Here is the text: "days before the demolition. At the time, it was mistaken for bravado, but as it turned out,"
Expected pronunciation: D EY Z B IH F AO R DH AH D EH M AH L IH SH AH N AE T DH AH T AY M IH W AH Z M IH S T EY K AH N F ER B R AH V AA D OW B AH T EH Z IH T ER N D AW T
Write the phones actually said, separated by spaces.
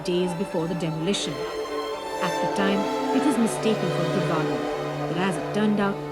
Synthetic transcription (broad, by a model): D EY Z B IH F AO R DH AH D EH M AH L IH SH AH N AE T DH AH T AY M IH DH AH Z M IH S T EY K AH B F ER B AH B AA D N B AH T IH Z IH T ER N D AW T